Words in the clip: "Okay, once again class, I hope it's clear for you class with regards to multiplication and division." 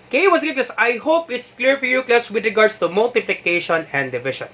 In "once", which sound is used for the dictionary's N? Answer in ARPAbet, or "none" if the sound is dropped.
none